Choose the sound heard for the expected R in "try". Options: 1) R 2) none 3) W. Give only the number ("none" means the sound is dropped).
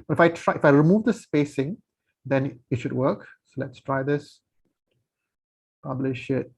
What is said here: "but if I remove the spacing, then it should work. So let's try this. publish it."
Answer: 1